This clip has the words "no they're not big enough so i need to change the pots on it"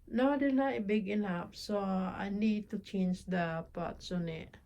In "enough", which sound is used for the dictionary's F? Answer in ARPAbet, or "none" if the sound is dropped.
P